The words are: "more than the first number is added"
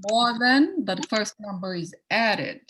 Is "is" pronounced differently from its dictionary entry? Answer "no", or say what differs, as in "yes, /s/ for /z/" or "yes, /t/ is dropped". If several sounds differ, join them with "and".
no